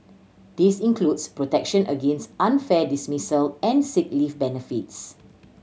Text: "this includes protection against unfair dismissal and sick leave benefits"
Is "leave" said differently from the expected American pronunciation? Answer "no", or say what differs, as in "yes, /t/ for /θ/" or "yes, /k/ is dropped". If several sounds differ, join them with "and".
yes, /f/ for /v/